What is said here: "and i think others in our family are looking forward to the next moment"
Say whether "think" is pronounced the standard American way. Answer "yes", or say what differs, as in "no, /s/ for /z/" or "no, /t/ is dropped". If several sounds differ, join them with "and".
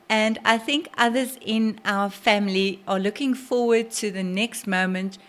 yes